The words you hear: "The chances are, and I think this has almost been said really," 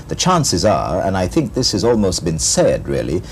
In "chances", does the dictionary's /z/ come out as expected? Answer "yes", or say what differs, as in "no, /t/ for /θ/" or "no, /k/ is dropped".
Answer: yes